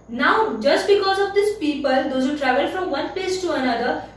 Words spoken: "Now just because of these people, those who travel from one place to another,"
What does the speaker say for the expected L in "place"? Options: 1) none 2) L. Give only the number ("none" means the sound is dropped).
1